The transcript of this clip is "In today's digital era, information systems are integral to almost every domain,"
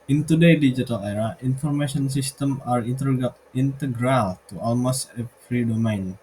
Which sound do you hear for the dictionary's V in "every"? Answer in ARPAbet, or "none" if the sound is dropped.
F